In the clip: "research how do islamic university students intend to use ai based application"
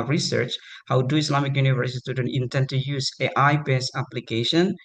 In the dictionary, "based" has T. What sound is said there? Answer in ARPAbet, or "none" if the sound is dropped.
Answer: none